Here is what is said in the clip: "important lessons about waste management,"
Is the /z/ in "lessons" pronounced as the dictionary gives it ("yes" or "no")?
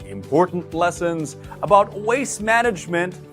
yes